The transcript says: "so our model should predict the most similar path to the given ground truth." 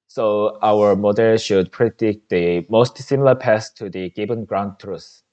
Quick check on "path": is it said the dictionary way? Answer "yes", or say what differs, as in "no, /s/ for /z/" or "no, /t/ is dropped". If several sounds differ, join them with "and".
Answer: no, /s/ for /θ/